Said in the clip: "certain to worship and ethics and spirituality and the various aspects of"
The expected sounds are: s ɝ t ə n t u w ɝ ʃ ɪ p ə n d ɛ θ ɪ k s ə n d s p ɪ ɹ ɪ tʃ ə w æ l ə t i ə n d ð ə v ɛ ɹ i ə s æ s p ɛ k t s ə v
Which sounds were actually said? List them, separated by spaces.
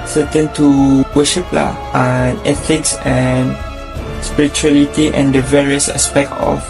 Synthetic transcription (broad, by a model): s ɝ t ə n t u w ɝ ʃ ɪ p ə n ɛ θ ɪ k s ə n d s p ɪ ɹ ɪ tʃ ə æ l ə t i ə n d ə v ɛ ɹ i ə s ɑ s p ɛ k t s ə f